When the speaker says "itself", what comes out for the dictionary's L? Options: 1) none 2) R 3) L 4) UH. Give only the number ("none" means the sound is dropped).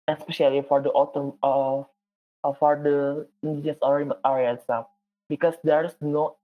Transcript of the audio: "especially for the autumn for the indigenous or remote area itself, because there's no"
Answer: 1